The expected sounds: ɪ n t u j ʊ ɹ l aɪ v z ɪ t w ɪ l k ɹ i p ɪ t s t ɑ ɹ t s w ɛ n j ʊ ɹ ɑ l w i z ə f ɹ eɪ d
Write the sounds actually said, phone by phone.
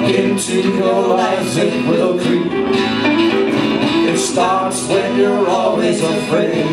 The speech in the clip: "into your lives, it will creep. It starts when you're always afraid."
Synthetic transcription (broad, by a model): ɪ n t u j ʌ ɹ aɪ z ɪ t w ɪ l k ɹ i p ɪ t s t ɑ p s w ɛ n j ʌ ɹ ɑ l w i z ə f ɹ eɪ